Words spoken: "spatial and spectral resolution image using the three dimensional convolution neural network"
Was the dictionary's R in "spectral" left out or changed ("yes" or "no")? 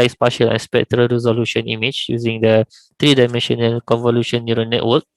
no